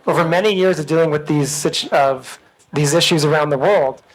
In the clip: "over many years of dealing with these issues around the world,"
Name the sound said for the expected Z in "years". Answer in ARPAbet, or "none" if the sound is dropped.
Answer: Z